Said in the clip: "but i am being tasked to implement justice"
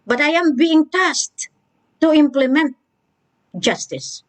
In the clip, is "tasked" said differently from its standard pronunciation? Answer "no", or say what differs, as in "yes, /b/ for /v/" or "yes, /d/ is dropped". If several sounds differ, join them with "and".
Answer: yes, /k/ is dropped